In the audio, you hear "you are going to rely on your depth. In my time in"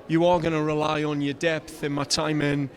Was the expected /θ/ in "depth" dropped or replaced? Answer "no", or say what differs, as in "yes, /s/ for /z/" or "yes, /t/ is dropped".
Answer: no